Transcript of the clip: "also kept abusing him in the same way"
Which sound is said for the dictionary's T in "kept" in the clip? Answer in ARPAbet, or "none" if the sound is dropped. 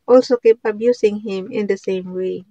none